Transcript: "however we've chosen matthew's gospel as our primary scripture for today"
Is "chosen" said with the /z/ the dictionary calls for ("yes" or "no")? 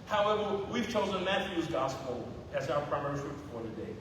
yes